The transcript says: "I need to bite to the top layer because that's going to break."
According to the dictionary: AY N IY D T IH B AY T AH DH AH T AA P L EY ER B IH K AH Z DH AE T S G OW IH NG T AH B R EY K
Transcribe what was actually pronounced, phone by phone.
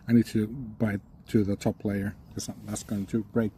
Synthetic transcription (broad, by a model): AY N IY D T IH B AY T AH DH AH T AA P L EY ER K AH S DH AE T S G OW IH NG T AH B R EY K